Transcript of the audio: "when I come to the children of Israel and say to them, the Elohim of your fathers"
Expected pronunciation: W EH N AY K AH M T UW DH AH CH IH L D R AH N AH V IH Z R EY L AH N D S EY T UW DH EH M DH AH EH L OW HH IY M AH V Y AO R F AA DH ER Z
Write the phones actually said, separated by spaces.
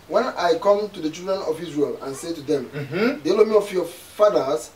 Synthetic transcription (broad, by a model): W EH N AY K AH M T UW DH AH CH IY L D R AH N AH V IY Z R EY L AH N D S EY T UW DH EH M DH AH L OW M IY AH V Y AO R F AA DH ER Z